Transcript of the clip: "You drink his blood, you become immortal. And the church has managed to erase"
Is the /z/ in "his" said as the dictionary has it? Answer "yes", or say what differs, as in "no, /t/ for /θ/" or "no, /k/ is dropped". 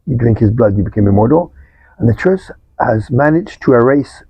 yes